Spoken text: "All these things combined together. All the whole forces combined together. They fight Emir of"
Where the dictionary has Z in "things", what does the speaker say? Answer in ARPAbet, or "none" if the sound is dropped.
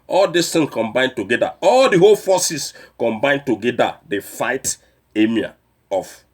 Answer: none